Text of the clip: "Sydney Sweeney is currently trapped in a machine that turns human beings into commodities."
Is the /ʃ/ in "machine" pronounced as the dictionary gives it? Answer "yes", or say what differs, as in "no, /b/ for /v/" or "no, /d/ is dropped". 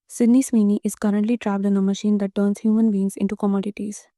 yes